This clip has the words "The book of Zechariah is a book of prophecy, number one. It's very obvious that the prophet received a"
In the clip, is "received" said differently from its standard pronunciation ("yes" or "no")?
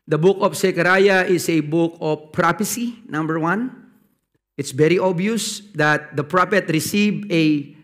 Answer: yes